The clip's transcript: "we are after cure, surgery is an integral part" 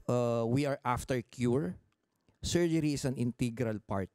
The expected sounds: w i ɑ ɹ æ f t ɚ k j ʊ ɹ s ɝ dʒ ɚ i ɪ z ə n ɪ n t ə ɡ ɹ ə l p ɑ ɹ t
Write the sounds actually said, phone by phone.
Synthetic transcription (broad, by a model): w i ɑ ɹ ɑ f t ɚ k j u ɹ s ɝ dʒ ɚ i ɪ s ə n ɪ n t ə ɡ ɹ ə l p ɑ ɹ t